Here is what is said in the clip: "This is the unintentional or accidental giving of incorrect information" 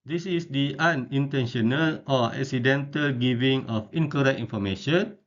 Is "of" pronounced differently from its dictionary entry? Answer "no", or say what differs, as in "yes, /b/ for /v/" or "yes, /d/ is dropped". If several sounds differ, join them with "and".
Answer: yes, /f/ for /v/